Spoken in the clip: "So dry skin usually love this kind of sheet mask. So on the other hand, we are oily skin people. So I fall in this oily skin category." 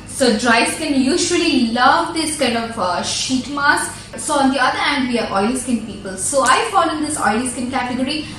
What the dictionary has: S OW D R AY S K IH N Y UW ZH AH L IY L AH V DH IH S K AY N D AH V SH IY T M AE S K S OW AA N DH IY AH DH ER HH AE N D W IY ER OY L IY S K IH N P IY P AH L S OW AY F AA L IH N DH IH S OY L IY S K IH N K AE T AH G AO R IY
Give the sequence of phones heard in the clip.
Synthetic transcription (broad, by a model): S OW D R AY S K IH N Y UW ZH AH L IY L AH V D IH S K AY N D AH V SH IY T M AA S S OW AA N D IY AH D ER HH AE N D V IY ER OY L S K IH N P IY P AH L S OW AY F AA L IH N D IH S OY L S K IH N K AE T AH G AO R IY